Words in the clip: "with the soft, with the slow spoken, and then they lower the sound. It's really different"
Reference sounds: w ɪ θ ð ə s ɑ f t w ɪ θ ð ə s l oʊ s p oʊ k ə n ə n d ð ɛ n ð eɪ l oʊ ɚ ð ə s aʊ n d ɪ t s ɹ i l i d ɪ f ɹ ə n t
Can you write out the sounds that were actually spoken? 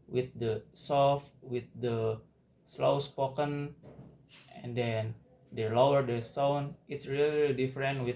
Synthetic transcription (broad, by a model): w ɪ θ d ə s ɑ f t w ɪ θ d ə s l oʊ s p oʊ k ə n ə n d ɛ n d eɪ l oʊ ɚ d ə s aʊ n ɪ t s ɹ i l i d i f ɹ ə n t